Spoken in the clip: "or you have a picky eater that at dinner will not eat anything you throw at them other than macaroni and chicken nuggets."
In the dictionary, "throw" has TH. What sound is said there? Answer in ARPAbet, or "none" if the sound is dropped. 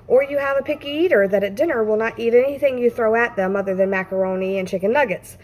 TH